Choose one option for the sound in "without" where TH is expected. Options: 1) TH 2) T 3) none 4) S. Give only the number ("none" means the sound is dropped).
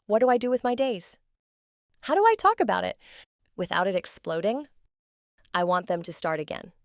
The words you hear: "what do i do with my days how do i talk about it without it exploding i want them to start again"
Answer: 1